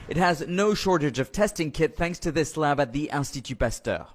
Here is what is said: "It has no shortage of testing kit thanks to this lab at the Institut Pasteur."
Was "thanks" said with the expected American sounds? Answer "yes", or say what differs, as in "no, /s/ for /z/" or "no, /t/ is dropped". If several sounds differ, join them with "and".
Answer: yes